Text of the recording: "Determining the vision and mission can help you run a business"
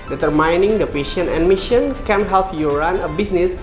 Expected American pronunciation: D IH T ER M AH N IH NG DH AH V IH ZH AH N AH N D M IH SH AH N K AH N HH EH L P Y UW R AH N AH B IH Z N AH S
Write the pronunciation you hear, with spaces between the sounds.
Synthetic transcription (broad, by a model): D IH T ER M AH N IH NG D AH P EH SH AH N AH N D M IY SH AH N K AH N HH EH L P Y UW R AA N AH B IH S N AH S